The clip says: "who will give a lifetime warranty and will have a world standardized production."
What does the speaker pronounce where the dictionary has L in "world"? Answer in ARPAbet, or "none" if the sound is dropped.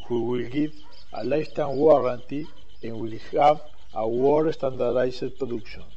none